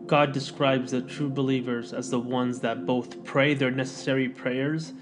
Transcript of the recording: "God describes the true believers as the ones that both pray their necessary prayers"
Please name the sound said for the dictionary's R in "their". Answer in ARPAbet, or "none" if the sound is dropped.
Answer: R